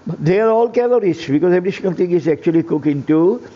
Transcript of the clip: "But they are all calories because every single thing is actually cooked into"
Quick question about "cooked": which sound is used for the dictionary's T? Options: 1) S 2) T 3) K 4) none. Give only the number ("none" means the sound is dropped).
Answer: 4